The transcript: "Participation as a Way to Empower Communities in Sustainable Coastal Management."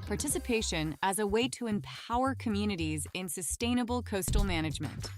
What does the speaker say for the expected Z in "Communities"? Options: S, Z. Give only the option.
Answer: Z